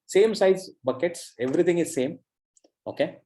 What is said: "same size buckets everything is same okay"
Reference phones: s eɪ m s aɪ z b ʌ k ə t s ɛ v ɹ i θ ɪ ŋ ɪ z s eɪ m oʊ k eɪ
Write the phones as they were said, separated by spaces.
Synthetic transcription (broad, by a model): s eɪ m s aɪ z b ʌ k ə t s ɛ v ɹ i t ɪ ŋ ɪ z s eɪ m oʊ k eɪ